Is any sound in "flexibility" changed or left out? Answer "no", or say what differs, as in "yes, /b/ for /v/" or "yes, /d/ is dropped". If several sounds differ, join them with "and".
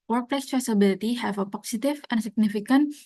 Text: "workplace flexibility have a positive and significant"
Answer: yes, /k/ is dropped